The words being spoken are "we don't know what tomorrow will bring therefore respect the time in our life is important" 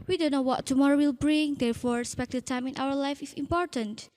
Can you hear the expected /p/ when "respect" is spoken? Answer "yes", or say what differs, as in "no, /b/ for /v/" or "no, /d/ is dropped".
yes